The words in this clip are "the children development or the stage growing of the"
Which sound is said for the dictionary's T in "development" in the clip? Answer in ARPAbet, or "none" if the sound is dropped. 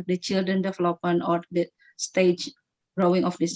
none